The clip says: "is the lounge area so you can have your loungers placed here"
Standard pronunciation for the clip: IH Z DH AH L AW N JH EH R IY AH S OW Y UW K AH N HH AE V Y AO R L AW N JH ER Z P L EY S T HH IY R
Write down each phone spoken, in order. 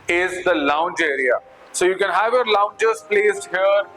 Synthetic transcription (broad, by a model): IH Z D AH L AW N JH EH R IY AH S OW Y UW K AH N HH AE V Y AO R L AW N JH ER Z P L EY S T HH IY R